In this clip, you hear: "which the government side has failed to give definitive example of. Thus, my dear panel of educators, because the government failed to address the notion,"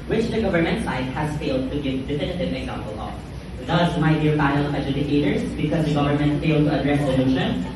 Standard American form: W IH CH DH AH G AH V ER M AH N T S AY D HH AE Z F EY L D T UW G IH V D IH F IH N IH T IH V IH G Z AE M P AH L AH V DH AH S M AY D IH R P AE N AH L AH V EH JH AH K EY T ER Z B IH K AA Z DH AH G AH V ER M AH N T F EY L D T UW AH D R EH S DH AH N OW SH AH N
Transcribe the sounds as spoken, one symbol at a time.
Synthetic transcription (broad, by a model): W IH CH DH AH G AH V ER M AH N T S AY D HH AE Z F EY L D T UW G IH V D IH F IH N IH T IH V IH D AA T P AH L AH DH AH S M AY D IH R B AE AH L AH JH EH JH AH K EY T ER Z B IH K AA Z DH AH G AH V ER M AH N T F EY L D T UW AH D R EH S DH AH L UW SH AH N